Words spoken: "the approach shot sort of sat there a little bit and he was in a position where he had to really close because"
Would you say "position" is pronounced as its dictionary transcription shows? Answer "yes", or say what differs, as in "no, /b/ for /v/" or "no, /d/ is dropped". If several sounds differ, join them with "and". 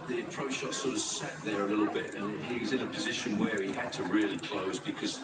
yes